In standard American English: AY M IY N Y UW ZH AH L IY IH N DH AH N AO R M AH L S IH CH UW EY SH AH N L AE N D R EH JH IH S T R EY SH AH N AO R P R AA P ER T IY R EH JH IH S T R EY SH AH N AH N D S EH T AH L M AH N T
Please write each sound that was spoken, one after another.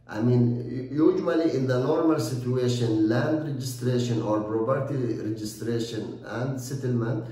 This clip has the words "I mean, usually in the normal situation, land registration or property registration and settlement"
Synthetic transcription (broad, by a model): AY M IY N Y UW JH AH L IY IH N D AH N AO R M AH L S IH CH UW EY SH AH N L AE N D R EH JH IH S T R EY SH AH N AO R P R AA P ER T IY R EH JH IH S T R EY SH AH N AH N D S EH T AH L M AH N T